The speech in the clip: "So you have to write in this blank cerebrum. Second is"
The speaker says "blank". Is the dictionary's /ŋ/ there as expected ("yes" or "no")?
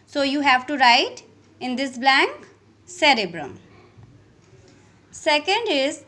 yes